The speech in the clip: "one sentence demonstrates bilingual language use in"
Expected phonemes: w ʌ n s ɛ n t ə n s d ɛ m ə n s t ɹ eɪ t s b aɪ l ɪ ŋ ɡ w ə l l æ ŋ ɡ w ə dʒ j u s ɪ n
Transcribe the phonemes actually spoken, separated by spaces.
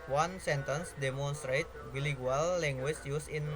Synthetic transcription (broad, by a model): w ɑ n s ɛ n t ə n s d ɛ m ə n s t ɹ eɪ t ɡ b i l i ɡ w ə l l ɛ ŋ ɡ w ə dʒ j u s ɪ n